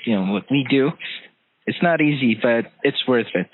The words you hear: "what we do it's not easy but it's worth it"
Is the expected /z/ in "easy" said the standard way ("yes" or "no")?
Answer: yes